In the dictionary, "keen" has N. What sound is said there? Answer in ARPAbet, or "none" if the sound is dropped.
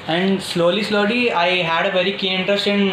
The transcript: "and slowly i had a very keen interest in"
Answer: none